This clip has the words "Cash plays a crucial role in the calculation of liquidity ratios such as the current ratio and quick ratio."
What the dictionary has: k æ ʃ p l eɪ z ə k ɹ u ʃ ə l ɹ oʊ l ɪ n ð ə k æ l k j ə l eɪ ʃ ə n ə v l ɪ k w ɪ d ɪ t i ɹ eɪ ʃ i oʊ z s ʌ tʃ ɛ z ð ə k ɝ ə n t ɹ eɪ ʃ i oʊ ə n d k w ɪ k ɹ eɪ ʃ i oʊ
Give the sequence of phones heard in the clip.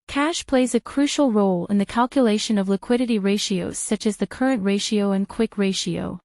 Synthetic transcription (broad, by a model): k æ ʃ p l eɪ z ə k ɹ u ʃ l ɹ oʊ l ɪ n ð ə k æ l k j ə l eɪ ʃ ə n ə v l ɪ k w ɪ d ɪ t i ɹ eɪ ʃ i oʊ z s ʌ tʃ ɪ z ð ə k ɝ ə n t ɹ eɪ ʃ i oʊ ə n k w ɪ k ɹ eɪ ʃ i oʊ